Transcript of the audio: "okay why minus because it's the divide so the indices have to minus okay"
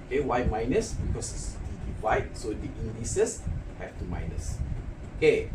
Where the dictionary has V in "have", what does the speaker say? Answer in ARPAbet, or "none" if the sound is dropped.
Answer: F